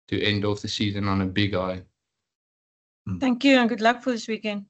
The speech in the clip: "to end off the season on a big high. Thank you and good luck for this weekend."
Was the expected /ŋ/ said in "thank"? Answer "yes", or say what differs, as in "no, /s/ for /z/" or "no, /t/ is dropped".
yes